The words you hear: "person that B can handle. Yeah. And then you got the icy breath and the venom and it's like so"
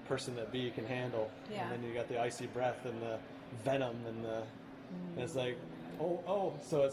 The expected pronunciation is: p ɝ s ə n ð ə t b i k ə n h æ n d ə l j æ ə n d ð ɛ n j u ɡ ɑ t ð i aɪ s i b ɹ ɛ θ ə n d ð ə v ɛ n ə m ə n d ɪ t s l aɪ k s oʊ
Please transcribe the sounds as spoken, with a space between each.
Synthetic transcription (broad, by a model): p ɝ s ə n ð ə t b i k ə n h æ n d l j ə n ð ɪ n j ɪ ɡ ɑ t ð i aɪ s i b ɹ ɛ θ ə n ð ə v ɛ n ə m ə n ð ɪ t s l aɪ k s oʊ